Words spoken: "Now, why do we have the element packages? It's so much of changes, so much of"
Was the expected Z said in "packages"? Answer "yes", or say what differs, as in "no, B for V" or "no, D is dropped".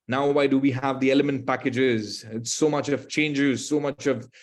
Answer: yes